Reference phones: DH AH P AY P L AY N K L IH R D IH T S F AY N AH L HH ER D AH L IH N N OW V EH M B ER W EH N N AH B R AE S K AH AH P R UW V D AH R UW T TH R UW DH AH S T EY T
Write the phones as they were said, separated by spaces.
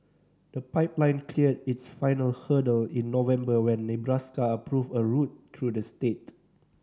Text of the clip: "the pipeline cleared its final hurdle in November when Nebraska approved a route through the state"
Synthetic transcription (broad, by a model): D AH P AY P L AY N K L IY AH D IH T S F AY N AH L HH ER D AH L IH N N OW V EH M B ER W EH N N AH B R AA S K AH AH P R UW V AH R UW T R UW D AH S T EY T